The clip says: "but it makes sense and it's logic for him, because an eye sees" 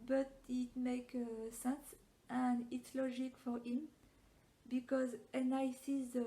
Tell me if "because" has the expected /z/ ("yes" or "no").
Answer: yes